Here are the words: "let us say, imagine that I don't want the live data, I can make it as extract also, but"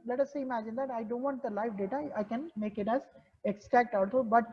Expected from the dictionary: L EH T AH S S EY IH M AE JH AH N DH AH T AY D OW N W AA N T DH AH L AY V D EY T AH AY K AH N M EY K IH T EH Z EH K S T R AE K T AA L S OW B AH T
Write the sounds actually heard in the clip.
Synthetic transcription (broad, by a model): L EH T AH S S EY IH M AE JH AH N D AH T AY D OW N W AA N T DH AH L AY F D EY T AH AY K AH N M EY K IH T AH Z EH K S T R AE K T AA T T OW B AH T